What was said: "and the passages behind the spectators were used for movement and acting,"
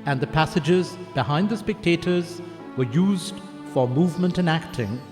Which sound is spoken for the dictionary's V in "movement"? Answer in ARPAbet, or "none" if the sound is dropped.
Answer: V